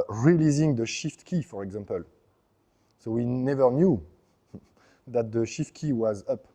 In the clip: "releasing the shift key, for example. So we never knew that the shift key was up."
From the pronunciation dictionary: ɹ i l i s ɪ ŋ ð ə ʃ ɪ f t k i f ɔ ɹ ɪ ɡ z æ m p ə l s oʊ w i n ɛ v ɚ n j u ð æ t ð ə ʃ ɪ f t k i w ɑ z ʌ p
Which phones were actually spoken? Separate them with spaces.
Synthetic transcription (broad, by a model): ɹ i l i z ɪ ŋ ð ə ʃ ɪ f t k i f ɔ ɹ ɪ ɡ z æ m p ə l s oʊ w i n ɛ v ɚ n j u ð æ t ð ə ʃ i f t k i w ɑ z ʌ p